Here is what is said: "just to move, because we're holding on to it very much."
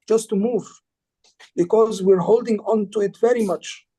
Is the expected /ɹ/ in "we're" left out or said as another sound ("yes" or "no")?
no